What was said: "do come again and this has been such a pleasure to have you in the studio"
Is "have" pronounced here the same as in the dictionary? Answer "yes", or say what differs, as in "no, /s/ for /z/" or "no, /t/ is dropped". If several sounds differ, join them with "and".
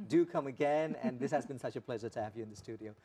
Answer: yes